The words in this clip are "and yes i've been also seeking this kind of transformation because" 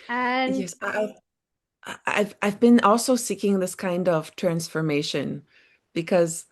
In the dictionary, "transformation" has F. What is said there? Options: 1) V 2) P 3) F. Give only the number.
3